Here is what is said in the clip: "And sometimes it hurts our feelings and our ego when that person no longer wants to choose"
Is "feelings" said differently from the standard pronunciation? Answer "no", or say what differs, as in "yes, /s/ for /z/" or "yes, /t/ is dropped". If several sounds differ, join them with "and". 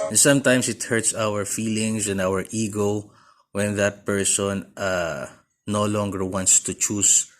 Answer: yes, /s/ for /z/